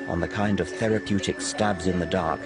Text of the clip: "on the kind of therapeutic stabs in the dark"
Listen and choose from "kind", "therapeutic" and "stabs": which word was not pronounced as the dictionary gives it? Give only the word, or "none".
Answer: none